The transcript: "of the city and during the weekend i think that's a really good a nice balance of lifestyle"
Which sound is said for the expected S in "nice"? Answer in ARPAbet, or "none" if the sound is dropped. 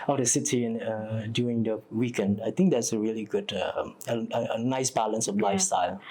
S